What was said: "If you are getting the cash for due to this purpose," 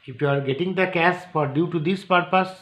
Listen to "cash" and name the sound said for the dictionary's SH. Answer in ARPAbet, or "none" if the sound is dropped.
S